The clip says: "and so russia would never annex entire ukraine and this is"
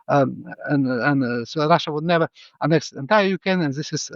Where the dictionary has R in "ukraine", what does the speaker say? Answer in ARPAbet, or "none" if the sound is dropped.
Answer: none